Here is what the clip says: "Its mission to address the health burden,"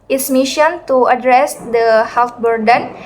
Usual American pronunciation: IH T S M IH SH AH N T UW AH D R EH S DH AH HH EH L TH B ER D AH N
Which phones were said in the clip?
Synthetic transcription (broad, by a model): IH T S M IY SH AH N T UW AH D R EH S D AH HH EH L T B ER D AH N